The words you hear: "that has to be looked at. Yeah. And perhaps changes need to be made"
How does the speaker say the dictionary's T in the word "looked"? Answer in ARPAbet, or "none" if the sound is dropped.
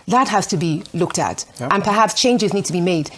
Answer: T